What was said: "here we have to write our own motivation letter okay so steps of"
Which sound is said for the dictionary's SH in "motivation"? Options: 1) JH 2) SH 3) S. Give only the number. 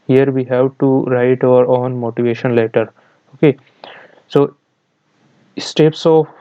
2